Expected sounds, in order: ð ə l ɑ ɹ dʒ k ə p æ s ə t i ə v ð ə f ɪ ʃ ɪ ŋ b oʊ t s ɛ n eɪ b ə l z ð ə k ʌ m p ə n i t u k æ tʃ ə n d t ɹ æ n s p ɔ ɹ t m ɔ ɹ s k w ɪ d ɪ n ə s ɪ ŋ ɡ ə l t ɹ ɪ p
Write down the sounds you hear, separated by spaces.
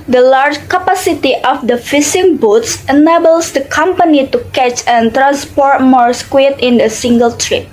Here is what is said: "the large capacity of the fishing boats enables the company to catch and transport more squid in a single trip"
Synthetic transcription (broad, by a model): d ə l ɑ ɹ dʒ k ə p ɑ s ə t i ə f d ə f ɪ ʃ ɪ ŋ b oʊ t s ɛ n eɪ b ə l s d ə k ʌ m p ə n i t u k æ tʃ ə n t ɹ æ n s p ɔ ɹ t m ɔ ɹ s k w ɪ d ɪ n ə s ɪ ŋ ɡ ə l t ɹ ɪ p